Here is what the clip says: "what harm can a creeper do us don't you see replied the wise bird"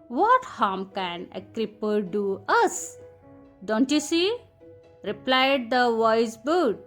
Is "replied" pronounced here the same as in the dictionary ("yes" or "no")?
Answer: yes